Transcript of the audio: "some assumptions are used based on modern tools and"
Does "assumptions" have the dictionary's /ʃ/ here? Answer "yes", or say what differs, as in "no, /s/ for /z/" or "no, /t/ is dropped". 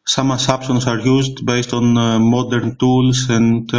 no, /s/ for /ʃ/